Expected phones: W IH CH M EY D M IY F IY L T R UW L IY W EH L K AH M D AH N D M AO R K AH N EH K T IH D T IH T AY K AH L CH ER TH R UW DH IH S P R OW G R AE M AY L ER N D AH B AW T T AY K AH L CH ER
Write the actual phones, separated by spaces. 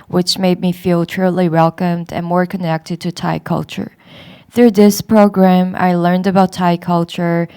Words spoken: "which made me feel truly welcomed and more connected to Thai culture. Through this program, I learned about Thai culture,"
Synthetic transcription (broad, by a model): W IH CH M EY D M IY F IY L T R UW L IY W EH L K AH M D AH N M AO R K AH N EH K T IH D T IH T AY K AH L CH ER TH R UW DH IH S P R OW G R AE M AY L ER N D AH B AW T T AY K AH L CH ER